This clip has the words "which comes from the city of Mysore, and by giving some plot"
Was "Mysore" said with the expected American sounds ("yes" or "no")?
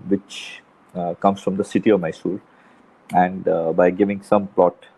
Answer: no